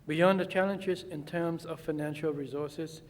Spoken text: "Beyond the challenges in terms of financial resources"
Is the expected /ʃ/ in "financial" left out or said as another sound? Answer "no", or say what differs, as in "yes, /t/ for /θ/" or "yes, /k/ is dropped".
no